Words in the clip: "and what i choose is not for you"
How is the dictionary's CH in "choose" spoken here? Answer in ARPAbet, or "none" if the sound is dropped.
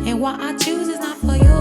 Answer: CH